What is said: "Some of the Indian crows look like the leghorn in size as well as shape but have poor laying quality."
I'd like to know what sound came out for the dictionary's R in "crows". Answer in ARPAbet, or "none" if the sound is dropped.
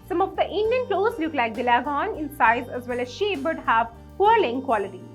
L